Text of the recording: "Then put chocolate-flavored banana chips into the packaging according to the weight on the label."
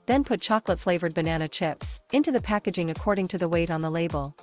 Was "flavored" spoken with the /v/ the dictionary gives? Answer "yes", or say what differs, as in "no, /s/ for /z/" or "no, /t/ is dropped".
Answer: yes